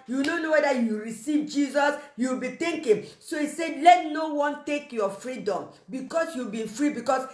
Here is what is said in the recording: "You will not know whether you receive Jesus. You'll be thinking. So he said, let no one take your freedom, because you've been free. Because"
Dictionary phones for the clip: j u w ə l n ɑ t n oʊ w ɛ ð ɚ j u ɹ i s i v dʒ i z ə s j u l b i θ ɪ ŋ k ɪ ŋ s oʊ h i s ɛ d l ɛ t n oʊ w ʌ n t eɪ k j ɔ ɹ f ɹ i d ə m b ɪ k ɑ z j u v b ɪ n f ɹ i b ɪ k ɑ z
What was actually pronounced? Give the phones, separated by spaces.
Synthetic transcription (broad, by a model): j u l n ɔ n oʊ w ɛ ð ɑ j u ɹ i s i v dʒ i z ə s j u w b i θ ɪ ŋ k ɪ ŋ s oʊ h i s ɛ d l ɛ t n oʊ w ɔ n t eɪ k j ɔ f ɹ i d ə m b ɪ k ɑ s j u b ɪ f ɹ i b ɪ k ɑ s